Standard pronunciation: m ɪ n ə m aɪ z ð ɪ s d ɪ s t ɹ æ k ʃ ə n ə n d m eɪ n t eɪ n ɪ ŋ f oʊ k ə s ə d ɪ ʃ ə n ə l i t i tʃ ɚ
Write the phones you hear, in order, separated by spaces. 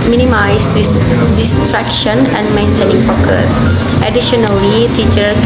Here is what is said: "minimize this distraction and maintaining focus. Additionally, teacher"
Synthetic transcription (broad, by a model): m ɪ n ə m aɪ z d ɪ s d ɪ s t ɹ æ k ʃ ə n ə n d m eɪ n t eɪ n ɪ ŋ p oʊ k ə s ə d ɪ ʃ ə n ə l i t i tʃ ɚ